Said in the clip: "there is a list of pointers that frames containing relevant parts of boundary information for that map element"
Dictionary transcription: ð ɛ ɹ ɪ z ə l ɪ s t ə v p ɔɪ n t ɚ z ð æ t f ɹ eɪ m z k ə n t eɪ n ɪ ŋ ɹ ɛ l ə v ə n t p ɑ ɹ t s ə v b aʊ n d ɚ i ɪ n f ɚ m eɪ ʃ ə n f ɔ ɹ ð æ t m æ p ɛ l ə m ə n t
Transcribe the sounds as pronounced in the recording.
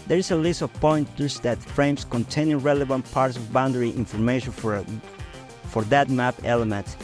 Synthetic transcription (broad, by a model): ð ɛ ɹ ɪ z ə l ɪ s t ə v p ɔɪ n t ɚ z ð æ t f ɹ eɪ m s k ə n t eɪ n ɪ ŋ ɹ ɛ l ə v ə n t p ɑ ɹ t s ə v b aʊ n d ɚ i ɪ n f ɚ m eɪ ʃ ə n f ɔ ɹ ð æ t m æ p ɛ l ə m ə n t